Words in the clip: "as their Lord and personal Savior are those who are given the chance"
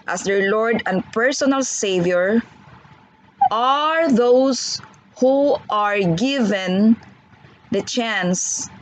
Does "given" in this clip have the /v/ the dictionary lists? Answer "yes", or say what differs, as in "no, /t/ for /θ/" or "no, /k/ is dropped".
yes